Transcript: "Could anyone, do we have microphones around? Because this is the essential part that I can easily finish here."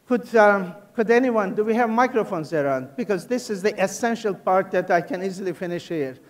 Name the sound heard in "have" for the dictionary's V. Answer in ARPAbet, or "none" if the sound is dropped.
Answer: V